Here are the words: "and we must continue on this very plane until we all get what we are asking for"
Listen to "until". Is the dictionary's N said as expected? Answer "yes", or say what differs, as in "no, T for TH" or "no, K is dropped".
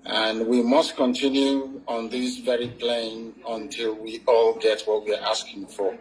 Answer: yes